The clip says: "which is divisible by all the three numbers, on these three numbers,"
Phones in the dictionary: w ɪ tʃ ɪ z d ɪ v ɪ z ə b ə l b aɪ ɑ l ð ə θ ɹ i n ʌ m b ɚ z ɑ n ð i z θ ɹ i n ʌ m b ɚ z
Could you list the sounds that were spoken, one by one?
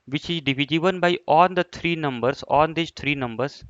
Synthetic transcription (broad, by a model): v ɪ tʃ ɪ z d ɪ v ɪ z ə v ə n b aɪ ɑ l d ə t ɹ i n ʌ m b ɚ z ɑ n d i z t ɹ i n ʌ m b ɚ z